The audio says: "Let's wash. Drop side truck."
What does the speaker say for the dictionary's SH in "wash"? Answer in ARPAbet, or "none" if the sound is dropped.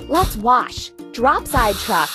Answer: SH